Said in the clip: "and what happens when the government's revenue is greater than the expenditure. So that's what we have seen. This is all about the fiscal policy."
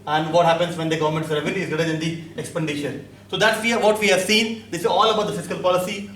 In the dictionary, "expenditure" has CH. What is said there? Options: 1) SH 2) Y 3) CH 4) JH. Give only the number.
1